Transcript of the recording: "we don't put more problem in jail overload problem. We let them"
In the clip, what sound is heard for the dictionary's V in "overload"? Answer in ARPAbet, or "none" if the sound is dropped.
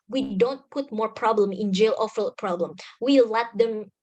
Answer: F